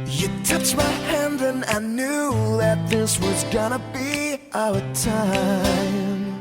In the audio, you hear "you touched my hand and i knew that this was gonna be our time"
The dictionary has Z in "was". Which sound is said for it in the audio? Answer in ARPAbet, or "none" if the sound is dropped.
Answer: Z